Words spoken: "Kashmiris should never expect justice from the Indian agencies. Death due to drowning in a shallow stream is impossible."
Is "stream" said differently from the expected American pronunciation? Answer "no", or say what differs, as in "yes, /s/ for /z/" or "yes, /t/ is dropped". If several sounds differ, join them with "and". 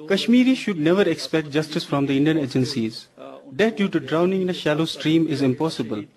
no